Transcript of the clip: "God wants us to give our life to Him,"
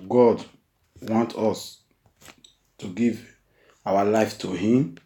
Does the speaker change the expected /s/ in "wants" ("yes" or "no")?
yes